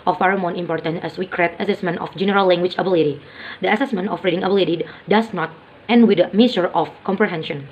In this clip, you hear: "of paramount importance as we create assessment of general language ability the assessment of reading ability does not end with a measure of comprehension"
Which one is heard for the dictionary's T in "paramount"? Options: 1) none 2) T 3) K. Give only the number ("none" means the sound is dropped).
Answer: 1